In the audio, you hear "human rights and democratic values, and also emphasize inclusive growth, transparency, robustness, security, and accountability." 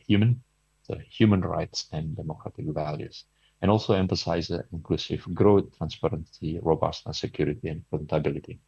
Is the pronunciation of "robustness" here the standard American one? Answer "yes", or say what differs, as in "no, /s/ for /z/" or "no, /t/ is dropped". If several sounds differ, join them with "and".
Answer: no, /n/ is dropped